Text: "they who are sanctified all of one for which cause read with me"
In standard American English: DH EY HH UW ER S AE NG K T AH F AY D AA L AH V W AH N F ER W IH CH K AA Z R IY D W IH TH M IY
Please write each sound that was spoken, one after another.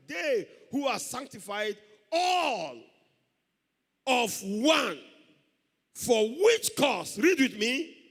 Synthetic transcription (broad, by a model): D EY HH UW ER S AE NG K T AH F AY D AA L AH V W AH N F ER W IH CH K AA S R IY D W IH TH M IY